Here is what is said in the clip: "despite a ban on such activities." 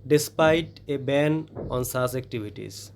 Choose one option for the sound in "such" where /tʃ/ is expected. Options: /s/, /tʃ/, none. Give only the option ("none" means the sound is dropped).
/s/